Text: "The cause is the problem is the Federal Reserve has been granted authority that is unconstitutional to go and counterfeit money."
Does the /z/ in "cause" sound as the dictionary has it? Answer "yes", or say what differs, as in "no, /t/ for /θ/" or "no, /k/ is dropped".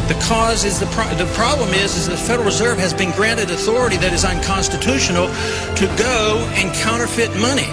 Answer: yes